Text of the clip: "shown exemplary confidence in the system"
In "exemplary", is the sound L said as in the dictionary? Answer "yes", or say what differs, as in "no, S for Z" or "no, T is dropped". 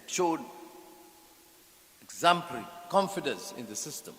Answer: no, L is dropped